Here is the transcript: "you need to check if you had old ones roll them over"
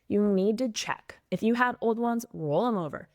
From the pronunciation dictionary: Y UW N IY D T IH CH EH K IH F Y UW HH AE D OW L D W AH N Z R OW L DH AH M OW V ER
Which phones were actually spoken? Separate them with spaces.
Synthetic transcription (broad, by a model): Y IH N IY D T IH CH EH K IH F Y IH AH D OW L D W AH N Z R OW L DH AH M OW V ER